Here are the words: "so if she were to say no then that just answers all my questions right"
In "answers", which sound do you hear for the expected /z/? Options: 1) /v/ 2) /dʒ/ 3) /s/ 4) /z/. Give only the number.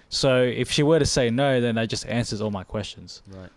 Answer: 4